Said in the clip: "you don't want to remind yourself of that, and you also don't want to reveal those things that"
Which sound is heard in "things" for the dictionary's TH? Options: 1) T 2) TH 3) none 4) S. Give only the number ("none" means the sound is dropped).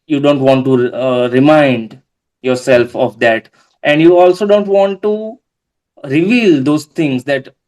1